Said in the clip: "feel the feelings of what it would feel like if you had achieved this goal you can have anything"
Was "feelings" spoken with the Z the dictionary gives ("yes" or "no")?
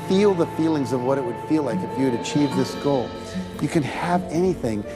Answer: yes